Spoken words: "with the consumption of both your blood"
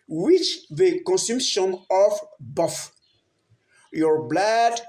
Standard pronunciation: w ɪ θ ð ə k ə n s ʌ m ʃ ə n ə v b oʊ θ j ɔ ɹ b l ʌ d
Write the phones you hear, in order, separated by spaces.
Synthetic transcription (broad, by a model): w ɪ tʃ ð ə k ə n s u m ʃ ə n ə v b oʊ f j ɔ ɹ b l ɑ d